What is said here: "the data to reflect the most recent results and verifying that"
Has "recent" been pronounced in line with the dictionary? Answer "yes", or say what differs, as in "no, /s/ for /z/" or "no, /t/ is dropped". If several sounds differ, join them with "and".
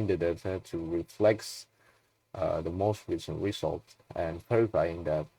yes